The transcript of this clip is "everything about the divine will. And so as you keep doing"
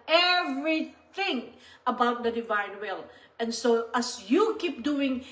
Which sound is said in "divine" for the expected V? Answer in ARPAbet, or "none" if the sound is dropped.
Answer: V